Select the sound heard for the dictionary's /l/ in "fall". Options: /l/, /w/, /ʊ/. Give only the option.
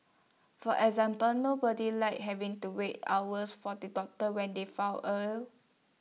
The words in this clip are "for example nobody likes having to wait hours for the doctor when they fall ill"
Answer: /w/